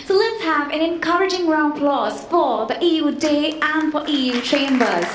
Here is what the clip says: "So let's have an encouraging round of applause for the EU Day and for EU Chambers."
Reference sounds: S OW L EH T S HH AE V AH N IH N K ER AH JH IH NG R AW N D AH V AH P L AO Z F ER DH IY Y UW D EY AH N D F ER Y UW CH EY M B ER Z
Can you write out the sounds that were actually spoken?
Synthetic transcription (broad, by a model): S OW L EH T S HH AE V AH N IH N K ER AH JH IH NG R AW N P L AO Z F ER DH IY Y UW D EY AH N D F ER Y UW CH EY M B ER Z